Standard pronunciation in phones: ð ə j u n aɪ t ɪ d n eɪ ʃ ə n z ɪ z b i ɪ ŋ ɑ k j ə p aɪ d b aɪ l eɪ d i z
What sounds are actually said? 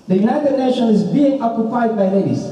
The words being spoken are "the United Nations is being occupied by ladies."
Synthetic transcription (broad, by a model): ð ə j u n aɪ t ɪ d n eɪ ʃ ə n ɪ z b i ɪ ŋ ɑ k j ə p aɪ d b aɪ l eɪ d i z